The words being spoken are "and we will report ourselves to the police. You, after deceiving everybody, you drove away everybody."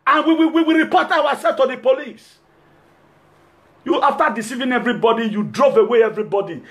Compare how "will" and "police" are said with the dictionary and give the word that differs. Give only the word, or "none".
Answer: will